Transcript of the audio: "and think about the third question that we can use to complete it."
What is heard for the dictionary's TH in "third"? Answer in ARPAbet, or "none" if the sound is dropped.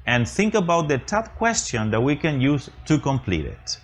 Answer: T